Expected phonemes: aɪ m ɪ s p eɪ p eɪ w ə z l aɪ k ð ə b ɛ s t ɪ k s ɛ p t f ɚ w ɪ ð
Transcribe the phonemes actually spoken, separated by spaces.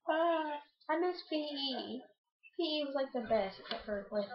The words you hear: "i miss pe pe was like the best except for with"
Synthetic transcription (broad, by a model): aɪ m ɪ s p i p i w ə z l aɪ k ð ə b ɛ s t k ɛ t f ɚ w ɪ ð